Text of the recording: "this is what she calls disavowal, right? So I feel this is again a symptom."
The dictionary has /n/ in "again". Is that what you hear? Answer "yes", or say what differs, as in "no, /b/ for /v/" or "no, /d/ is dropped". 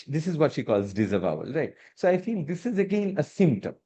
yes